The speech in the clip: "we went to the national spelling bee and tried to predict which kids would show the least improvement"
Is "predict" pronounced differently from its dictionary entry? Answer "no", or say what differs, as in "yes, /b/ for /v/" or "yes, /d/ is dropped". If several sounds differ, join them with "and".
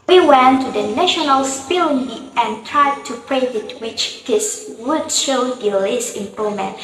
yes, /k/ is dropped